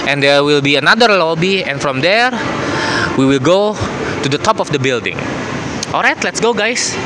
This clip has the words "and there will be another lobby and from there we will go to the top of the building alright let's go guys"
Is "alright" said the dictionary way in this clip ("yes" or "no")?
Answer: yes